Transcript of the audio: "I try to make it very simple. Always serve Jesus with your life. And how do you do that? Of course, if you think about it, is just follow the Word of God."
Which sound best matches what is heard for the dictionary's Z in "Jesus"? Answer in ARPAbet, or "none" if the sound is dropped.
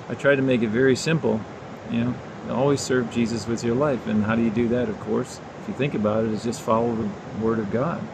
Z